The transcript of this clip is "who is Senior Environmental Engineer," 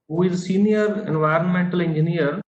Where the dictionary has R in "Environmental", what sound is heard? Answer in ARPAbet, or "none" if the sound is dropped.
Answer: R